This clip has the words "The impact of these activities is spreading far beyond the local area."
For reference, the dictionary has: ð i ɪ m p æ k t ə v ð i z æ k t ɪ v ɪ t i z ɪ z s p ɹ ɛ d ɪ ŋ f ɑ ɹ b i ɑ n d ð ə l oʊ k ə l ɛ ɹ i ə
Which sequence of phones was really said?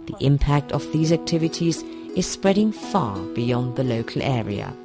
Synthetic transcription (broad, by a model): ð i ɪ m p æ k t ə v ð i z æ k t ɪ v ɪ t i z ɪ z s p ɹ ɛ d ɪ ŋ f ɑ ɹ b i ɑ n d ð ə l oʊ k ə l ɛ ɹ i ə